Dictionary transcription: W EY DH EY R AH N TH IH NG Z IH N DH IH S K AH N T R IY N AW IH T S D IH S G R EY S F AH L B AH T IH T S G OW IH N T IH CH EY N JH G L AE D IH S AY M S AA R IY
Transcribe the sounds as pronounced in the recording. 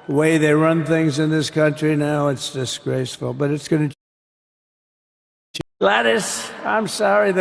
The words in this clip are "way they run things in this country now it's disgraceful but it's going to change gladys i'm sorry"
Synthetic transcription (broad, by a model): W EY DH EY R AH N TH IH NG Z IH N DH IH S K AH N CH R IY N AW IH T S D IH S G R EY S F L B AH T IH T S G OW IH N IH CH L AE D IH S AY M S AA R IY